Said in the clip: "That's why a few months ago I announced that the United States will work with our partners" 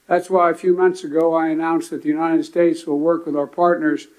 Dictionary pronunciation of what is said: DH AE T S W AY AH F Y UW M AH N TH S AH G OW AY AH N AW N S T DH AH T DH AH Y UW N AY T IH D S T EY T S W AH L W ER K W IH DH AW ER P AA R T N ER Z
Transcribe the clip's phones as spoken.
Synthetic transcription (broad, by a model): DH AE T S W AY AH F Y UW M AH N TH S AH G OW AY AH N AW N S DH AH T DH AH Y UW N AY T IH D S T EY T S W AH L W ER K W IH DH AW ER P AA R T N ER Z